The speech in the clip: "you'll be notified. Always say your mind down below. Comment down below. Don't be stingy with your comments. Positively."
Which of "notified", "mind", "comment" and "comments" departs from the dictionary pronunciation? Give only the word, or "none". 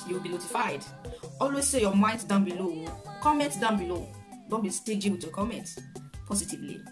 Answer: comments